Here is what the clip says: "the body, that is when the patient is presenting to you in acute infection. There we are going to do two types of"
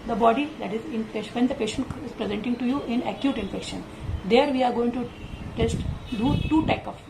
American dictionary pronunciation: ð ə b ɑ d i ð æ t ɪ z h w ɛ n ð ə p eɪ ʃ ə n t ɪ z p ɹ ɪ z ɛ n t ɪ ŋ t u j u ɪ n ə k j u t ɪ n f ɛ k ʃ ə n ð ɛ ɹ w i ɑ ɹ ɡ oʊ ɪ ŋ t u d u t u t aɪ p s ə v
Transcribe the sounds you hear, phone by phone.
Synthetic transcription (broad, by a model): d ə b ɑ d i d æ t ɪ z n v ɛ n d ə p eɪ ʃ ə n t ɪ z p ɹ ɪ z ɛ n t ɪ ŋ t u j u ɪ n ə k j u t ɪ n f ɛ k ʃ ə n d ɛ ɹ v i ɑ ɹ ɡ oʊ ɪ ŋ t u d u t u t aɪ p ə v